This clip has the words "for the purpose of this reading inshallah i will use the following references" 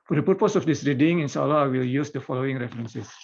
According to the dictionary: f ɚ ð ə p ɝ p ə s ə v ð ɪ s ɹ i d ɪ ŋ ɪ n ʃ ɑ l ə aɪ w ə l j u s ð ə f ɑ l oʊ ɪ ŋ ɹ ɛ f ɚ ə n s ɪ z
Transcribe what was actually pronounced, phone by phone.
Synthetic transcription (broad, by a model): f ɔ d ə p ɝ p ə s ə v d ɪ s ɹ i d ɪ ŋ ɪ n s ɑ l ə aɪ w ə l j u s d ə f ɑ l oʊ ɪ ŋ ɹ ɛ f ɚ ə n s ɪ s